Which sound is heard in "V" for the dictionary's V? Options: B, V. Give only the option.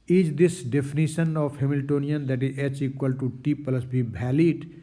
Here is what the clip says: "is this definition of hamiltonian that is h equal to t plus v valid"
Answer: B